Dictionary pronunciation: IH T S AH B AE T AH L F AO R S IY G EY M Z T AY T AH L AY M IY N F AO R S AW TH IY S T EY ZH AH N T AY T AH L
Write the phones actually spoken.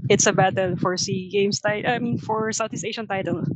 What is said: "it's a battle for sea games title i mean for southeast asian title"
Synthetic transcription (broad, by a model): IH T S AH B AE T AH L F AO R S IY G EY M S T AY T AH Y M IY N F AO R S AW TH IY S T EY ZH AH N T AY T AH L